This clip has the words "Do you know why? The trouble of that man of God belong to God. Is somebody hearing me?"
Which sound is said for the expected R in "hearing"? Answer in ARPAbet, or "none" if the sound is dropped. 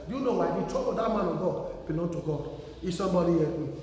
none